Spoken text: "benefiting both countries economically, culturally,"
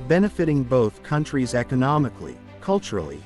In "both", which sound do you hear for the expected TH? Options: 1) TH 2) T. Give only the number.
1